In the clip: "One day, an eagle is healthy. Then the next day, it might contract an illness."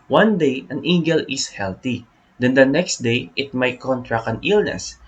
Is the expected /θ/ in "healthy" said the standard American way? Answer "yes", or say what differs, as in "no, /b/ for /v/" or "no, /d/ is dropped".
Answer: no, /t/ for /θ/